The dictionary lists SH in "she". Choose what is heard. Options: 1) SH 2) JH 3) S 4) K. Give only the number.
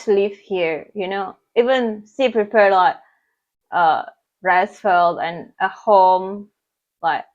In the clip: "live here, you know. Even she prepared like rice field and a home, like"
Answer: 3